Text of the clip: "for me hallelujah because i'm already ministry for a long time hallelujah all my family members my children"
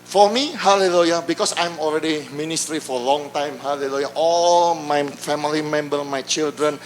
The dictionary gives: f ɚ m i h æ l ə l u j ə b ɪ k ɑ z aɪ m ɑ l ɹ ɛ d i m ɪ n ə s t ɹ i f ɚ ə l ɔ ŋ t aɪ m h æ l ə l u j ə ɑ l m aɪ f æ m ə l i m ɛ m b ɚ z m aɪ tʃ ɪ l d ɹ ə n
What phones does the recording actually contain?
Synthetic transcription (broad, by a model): f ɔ m i h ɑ l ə l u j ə b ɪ k ɑ s aɪ m ɑ l ɹ ɛ d i m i n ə s t ɹ i f ə l ɔ ŋ t aɪ m h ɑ l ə l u j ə ɑ l m aɪ f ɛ m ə l i m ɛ m b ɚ m aɪ tʃ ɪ l d ɹ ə n